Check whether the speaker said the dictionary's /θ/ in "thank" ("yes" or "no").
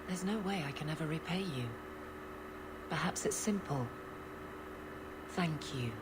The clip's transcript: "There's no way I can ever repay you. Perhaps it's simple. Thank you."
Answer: yes